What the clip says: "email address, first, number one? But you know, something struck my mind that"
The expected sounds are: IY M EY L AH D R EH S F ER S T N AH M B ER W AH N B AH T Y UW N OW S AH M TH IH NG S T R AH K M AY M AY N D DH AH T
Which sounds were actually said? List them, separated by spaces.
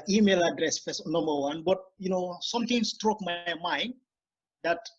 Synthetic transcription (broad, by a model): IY M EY L AH D R EH S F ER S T N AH M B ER W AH N B AH T Y UW N OW S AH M T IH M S T R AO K M AY M AY N D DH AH T